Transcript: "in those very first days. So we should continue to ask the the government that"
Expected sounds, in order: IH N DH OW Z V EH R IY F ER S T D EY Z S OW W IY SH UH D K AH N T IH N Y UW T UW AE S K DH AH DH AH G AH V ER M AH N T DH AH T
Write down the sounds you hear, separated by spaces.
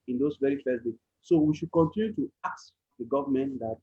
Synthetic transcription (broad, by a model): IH N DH OW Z V EH R IY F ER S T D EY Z S OW W IY SH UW D K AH N T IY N Y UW T UW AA K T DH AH G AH V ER M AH N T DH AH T